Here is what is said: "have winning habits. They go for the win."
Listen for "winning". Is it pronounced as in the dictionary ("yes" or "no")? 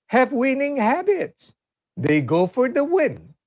yes